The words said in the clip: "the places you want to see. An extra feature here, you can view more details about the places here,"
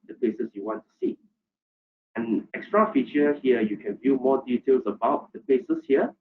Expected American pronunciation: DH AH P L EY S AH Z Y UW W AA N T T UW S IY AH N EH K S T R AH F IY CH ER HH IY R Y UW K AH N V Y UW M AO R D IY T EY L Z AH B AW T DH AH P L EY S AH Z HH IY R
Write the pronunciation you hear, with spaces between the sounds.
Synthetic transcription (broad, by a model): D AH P L EY S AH S Y UW W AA N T T UW S IY AH N EH K S T R AH F IY CH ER HH IY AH Y UW K AH N V Y UW M AO D IY T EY L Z AH B AW T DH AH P L EY S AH S HH IY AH